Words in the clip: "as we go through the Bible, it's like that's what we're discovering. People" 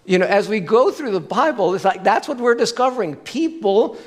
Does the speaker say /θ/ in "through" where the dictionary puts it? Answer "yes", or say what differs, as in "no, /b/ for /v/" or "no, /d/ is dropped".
yes